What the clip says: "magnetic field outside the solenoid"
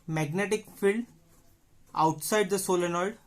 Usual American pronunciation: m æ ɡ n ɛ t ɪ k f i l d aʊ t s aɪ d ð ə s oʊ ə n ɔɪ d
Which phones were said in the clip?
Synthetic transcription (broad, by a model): m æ ɡ n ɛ t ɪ k f i l d aʊ t s aɪ d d ə s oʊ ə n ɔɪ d